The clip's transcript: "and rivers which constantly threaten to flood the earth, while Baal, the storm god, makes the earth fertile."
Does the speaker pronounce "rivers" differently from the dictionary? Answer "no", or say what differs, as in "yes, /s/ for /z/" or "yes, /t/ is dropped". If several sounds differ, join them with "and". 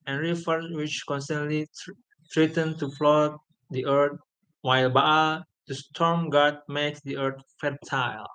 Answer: yes, /f/ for /v/ and /s/ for /z/